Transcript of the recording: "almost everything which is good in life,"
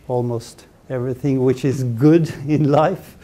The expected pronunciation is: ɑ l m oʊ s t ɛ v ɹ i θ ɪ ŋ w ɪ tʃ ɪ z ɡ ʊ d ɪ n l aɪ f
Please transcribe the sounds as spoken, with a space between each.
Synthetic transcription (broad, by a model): ɑ l m oʊ s t ɛ v ɹ i θ ɪ ŋ w ɪ tʃ ɪ z ɡ ʊ d ɪ n l aɪ f